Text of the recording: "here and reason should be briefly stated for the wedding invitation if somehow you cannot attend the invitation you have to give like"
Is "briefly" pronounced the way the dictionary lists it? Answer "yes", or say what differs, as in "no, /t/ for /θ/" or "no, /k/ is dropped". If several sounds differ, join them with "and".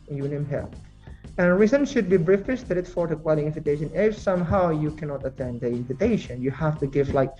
no, /l/ is dropped